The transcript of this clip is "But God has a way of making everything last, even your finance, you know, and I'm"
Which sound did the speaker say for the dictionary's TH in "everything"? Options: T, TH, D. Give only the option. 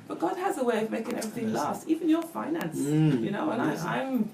TH